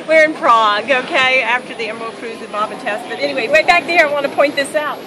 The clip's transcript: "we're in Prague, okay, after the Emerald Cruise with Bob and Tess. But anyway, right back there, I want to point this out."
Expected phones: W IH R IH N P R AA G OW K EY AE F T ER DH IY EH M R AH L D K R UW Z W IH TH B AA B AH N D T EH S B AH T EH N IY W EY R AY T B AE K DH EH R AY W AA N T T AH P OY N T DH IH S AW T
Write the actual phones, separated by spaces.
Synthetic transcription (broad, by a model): W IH R IH N P R AA G OW K EY AE F T ER DH IY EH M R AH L K R UW Z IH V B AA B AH T EH S B AH T EH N IY W EY W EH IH B AE K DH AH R AY W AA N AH P OY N DH IH S AW T